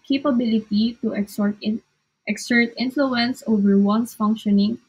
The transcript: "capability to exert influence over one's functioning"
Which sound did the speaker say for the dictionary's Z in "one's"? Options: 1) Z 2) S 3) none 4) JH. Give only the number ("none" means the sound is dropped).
2